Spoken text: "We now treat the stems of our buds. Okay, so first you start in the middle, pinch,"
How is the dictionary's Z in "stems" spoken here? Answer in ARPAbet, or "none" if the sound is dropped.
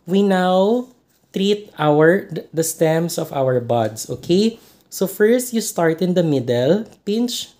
S